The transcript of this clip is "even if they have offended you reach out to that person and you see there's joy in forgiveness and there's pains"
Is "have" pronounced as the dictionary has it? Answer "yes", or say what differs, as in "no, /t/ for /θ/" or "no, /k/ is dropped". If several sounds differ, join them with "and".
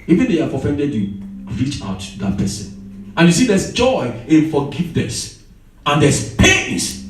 no, /f/ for /v/